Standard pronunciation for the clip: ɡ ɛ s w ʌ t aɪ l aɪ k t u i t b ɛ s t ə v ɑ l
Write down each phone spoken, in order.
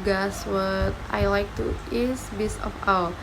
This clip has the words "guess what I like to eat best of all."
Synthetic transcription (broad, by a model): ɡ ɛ s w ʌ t aɪ l aɪ k t u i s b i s ə f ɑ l